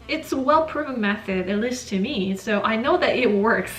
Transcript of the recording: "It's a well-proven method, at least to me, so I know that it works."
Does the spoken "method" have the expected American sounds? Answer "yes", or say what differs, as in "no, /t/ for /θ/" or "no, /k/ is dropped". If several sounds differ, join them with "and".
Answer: yes